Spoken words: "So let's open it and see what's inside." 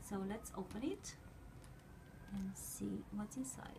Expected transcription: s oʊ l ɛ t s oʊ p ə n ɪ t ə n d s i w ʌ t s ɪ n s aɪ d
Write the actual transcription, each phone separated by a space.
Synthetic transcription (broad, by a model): s oʊ l ɛ t s oʊ p ə n ɪ t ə n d s i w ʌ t ɪ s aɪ